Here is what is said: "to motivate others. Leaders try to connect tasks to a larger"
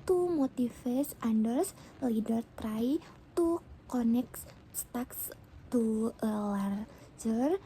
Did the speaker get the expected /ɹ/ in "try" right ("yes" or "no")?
yes